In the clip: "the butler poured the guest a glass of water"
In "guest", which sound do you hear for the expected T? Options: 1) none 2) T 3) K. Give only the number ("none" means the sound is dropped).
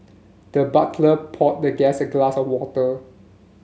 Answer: 1